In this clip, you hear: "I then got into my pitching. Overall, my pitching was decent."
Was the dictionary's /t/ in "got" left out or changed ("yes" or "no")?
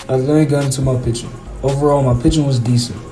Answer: yes